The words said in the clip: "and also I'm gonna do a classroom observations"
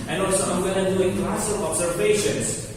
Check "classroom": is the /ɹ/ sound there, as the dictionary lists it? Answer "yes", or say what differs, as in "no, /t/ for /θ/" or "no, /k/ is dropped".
no, /ɹ/ is dropped